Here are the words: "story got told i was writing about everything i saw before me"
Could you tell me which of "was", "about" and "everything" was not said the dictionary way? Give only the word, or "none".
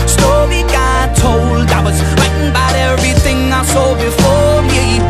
none